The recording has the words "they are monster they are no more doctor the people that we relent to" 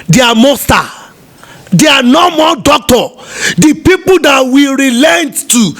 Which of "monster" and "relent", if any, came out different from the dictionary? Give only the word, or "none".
monster